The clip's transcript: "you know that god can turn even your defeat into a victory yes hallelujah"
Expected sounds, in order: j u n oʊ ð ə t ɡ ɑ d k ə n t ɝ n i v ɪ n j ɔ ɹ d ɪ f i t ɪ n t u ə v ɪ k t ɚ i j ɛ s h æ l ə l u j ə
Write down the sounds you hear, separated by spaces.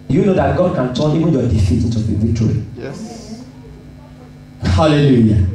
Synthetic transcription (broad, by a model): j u n oʊ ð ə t ɡ ɑ d k ə n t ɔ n i v ɪ n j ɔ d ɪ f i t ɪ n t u ə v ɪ t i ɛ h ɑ l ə l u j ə